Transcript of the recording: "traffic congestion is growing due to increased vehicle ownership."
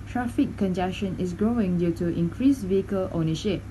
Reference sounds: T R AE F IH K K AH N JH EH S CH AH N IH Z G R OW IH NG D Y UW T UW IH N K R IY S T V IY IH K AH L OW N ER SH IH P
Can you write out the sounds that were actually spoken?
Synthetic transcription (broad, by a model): T R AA F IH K K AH N JH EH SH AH N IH S G R OW IH NG D Y UW T UW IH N K R IY S V IY IH K AH L OW N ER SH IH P